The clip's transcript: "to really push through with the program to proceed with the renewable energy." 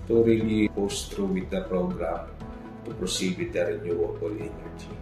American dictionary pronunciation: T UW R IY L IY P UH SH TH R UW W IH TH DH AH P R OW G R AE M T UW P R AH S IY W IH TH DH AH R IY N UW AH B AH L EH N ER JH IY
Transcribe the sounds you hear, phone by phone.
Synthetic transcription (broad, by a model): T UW R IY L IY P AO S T R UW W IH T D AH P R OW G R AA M T UW P R AH S IY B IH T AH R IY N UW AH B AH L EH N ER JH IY